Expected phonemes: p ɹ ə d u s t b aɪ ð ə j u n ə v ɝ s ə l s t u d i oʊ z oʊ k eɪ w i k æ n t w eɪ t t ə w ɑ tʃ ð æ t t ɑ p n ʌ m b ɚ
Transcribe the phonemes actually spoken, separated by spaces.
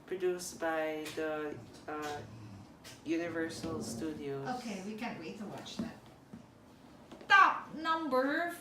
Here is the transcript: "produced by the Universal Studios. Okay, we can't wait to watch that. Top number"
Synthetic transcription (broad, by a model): p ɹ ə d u s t b aɪ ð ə j u n ə v ɝ s ə l s t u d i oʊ oʊ k eɪ w i k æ n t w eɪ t t ə w ɑ tʃ ð æ t t ɑ p n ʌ m b ɚ